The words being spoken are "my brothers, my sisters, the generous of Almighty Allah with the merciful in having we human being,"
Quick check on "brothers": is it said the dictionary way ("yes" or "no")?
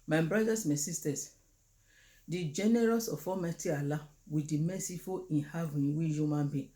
no